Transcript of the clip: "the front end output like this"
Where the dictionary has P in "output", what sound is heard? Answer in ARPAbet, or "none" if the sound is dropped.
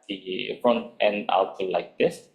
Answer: none